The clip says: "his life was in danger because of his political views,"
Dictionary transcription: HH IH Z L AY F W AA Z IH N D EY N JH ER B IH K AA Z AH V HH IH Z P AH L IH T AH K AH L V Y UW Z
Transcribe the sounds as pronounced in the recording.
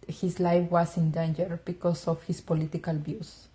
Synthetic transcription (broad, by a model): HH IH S L AY F W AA S IH N D EY N JH ER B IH K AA S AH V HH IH S P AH L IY T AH K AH L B Y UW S